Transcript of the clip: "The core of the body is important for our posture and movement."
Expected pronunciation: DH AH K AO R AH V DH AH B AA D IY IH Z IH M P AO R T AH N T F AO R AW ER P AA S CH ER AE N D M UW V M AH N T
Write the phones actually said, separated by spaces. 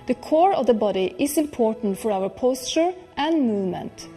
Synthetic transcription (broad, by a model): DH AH K AO R AH V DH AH B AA D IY IH S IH M P AO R T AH N T F AO R AW ER P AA S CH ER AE N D M UW V M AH N T